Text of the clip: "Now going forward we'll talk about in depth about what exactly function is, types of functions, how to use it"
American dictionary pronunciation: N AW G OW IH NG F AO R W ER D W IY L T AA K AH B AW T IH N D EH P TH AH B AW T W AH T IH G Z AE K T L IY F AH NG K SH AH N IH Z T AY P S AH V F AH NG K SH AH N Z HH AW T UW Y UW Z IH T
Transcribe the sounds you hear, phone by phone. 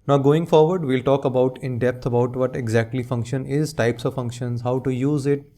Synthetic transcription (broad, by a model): N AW G OW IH NG F AO R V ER D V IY L T AA K AH B AW T IH N D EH P T AH B AW T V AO T IH G Z AE K T L IY F AH NG K SH AH N IH Z T AY P S AH V F AH NG K SH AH N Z HH AW T UW Y UW Z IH T